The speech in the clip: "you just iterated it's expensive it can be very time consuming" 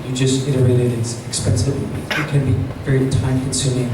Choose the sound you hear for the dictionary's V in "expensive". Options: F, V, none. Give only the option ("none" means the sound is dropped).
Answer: none